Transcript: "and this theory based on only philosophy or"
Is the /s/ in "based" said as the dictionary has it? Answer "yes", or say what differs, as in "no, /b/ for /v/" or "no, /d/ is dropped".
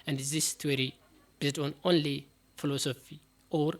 no, /s/ is dropped